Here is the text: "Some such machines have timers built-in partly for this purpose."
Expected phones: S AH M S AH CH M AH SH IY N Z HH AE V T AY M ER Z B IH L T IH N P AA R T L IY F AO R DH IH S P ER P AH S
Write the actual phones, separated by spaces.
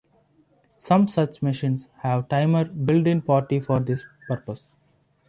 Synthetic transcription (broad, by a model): S AH M S AH CH M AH SH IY N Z HH AE V T AY M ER B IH L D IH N P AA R T IY F AO R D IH S P ER P AH S